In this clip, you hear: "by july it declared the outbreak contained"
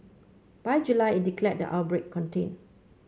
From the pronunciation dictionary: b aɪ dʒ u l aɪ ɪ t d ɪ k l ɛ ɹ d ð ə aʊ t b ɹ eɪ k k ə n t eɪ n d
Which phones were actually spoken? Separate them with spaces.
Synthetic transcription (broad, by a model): b aɪ dʒ u l aɪ ɪ t d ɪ k l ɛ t d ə aʊ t b ɹ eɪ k k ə n t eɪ n